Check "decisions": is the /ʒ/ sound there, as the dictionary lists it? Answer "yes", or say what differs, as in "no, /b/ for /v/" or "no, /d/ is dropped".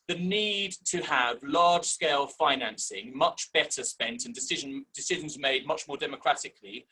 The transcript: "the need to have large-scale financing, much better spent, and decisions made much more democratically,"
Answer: yes